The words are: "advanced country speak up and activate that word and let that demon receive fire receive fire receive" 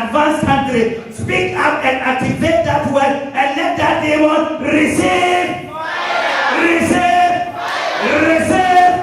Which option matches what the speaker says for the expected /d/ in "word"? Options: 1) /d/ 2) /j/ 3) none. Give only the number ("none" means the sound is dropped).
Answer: 3